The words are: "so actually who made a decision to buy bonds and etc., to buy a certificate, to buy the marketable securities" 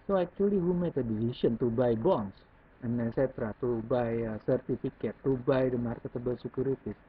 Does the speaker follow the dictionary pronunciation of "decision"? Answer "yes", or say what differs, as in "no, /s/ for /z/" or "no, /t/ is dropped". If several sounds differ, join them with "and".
no, /s/ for /ʒ/